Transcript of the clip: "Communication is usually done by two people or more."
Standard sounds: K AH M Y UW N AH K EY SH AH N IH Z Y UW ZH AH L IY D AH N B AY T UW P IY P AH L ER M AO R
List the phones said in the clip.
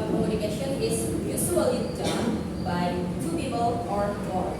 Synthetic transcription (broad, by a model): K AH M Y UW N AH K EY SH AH N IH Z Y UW S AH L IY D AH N B AY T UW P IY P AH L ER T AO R